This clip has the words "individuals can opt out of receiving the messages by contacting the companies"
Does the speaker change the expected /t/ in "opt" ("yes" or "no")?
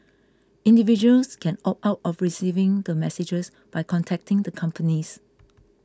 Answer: yes